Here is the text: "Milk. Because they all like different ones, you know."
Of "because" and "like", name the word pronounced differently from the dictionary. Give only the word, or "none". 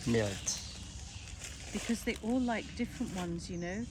none